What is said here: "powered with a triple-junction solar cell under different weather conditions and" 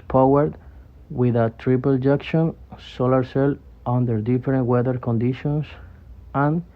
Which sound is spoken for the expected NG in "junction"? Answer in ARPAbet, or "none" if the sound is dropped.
none